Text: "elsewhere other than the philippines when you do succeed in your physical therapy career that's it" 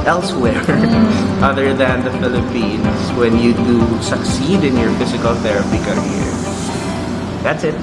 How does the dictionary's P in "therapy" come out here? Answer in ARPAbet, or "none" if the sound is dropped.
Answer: P